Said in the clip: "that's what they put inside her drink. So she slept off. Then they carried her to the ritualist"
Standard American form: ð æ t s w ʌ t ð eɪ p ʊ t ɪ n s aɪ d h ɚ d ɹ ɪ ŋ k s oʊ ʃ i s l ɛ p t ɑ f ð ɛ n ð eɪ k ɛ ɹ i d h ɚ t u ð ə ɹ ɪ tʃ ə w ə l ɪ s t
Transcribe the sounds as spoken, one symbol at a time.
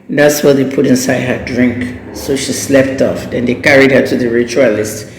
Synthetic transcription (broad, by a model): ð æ t s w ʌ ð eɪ p ʊ t ɪ n s aɪ d h ɚ d ɹ ɪ ŋ k s oʊ ʃ i s l ɛ p t ɑ f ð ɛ n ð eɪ k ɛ ɹ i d h ɚ t u ð ə ɹ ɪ tʃ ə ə l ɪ s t